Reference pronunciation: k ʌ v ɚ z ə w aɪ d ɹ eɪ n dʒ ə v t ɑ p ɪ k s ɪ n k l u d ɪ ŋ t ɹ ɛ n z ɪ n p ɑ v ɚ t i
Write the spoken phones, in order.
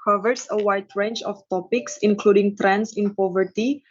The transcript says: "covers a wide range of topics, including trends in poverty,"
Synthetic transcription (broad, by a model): k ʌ v ɚ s ə w aɪ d ɹ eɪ n tʃ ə f t ɑ p ɪ k s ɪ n k l u d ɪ ŋ t ɹ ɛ n s ɪ n p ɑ v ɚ t i